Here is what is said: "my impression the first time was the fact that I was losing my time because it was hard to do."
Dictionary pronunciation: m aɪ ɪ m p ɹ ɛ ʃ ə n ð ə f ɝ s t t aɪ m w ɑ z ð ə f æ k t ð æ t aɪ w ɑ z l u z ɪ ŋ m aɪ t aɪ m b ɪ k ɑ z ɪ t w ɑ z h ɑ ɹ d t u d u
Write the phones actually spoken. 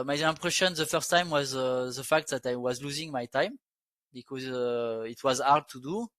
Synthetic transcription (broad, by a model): m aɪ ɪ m p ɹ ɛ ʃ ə n ð ə f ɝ s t t aɪ m w ɑ z ð ə f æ k t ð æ t aɪ w ɑ z l u z ɪ ŋ m aɪ t aɪ m b ɪ k ɑ z ɪ t w ɑ z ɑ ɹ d t u d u